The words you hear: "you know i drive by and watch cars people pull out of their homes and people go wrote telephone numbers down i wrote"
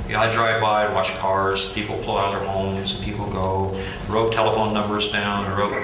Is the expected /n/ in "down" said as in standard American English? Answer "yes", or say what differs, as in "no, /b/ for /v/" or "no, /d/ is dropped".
yes